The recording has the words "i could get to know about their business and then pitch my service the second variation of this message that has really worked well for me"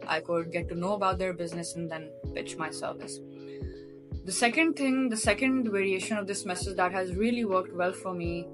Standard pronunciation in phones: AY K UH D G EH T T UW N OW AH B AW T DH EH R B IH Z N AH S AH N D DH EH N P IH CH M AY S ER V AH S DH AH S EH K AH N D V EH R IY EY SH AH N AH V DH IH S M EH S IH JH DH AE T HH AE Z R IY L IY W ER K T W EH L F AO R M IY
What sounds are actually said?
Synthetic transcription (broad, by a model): AY K UH D G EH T T UW N OW AH B AW T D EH R B IH Z N AH S AH N D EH N P IH CH M AY S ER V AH S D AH S EH K AH N D V EH R IY EY SH AH N AH V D IH S M EH S IH JH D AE T HH AE Z R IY L IY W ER K T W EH L F AO R M IY